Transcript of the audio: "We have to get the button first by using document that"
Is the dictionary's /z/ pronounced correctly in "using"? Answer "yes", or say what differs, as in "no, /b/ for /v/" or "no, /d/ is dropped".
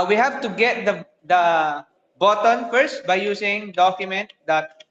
no, /s/ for /z/